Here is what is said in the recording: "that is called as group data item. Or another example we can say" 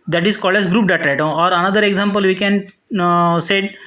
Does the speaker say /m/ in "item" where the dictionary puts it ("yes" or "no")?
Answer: no